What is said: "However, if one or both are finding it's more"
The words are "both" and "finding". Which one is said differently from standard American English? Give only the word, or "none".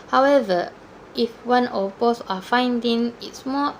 both